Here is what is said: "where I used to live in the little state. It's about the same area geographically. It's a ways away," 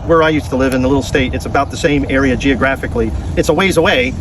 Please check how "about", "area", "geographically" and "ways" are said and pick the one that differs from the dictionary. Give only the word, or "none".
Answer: none